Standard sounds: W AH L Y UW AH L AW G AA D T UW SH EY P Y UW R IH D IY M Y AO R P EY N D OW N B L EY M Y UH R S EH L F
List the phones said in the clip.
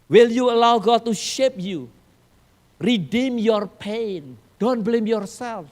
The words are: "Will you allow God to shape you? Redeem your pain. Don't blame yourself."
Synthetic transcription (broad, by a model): W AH L Y UW AH L AW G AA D T UW SH EY P Y UW R IH D IY M Y AO R P EY N D OW N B L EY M Y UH R S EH L F